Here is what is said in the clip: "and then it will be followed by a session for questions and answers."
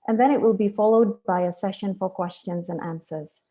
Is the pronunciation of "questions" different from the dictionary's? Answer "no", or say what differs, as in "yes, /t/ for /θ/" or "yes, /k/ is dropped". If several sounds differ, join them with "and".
no